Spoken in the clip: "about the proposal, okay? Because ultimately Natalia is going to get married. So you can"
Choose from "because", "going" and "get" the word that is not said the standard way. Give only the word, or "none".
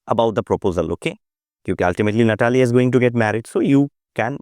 because